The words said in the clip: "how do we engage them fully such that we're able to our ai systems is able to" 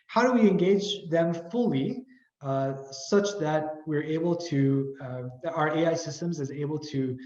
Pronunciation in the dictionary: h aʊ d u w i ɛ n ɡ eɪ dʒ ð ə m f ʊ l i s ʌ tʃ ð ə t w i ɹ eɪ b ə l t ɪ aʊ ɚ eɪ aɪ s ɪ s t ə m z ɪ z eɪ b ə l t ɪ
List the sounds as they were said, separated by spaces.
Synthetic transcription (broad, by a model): h aʊ d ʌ w i ɛ n ɡ eɪ dʒ ð ə m f ʊ l i s ʌ tʃ ð ə t w i ɹ eɪ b l t ɪ aʊ ɚ eɪ aɪ s ɪ s t ə m z ɪ z eɪ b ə l t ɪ